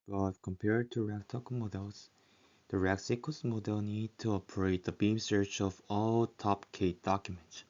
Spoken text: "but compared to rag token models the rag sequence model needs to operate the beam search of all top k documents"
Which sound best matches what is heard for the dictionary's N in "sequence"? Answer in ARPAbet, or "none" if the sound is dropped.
none